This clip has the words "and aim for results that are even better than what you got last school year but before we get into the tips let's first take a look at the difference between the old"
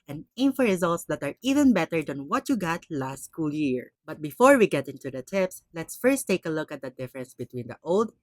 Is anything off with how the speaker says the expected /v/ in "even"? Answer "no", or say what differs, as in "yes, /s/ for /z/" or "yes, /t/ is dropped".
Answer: no